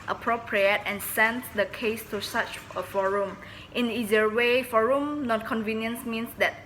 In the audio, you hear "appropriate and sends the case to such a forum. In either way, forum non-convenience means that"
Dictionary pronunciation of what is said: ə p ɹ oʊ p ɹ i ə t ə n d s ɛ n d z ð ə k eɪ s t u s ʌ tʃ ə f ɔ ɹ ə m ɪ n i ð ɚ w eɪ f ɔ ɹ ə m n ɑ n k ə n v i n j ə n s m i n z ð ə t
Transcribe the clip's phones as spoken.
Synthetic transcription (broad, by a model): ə p ɹ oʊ p ɹ i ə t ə n s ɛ n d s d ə k eɪ s t u s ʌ tʃ ə f ɔ ɹ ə m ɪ n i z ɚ w eɪ f ɔ ɹ ə m n ɑ n k ə n v i n j ə n s m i n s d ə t